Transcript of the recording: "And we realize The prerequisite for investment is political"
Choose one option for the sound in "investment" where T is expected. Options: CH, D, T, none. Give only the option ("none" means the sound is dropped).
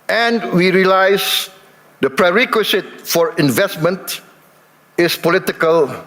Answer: T